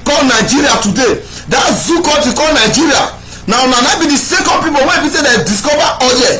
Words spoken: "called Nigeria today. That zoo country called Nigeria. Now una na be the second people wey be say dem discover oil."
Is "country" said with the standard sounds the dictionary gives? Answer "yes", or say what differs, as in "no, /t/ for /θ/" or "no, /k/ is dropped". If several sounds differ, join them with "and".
no, /n/ is dropped and /ɹ/ is dropped